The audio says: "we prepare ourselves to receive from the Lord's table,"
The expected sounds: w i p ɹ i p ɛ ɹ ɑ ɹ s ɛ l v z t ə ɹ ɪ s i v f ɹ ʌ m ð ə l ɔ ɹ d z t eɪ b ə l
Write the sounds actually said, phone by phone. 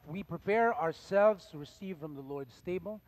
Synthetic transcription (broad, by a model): w i p ɹ i p ɛ ɹ ɑ ɹ s ɛ l v z t ə ɹ ɪ s i v f ɹ ʌ m ð ə l ɔ ɹ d s t eɪ b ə l